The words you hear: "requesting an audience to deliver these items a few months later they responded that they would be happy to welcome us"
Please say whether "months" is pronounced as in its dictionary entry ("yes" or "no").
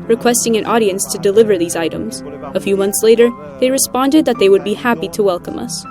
yes